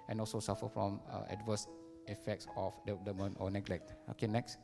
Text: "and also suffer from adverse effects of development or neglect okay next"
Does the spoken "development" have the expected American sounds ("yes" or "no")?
no